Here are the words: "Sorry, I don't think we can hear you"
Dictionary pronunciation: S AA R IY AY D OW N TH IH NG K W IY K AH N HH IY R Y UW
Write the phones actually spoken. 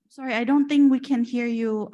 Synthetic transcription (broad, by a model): S AA R IY AY D OW N TH IH NG K W IY K AH N HH IY R Y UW